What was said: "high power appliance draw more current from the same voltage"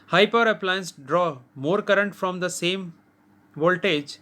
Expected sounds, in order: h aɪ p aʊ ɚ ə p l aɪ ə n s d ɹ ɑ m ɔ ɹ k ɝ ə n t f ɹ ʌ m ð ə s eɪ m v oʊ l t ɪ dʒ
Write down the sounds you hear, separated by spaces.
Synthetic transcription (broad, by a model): h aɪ p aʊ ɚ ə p l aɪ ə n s d ɹ ɑ m ɔ ɹ k ɝ ə n t f ɹ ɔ m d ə s eɪ m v oʊ l t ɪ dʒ